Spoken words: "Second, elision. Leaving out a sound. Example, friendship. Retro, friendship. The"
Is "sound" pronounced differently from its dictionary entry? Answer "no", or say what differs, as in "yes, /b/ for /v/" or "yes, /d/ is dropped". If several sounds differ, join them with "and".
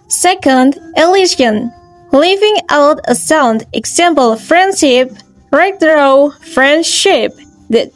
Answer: no